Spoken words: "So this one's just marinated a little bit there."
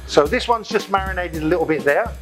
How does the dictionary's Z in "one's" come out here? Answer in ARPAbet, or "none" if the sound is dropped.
Z